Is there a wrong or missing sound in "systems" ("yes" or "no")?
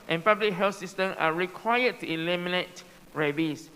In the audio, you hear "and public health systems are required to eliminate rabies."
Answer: yes